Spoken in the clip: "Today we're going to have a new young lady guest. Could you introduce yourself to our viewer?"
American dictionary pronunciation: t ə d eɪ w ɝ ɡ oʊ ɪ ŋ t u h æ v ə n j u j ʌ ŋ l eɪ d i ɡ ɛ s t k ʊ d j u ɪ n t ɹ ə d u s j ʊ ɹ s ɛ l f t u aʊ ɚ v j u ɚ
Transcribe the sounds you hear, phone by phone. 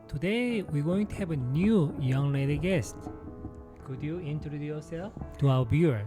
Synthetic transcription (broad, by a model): t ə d eɪ w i ɡ oʊ ɪ ŋ t u h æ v ə n j u j ʌ ŋ l eɪ d i ɡ ɛ s t k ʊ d j u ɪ n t ə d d j ʊ ɹ s ɛ l f t u aʊ ɚ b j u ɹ